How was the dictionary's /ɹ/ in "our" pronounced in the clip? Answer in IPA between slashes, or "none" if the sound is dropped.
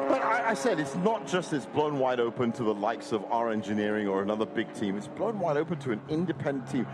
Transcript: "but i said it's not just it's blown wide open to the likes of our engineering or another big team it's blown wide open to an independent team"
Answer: /ɹ/